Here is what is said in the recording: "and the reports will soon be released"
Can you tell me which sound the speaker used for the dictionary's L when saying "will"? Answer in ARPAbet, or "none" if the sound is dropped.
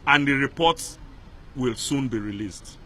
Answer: L